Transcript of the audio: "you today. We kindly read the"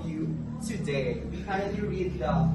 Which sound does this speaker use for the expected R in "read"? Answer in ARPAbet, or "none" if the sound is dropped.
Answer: R